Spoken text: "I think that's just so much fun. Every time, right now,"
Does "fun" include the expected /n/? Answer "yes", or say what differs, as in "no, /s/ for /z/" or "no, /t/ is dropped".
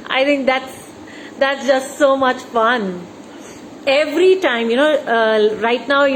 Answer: yes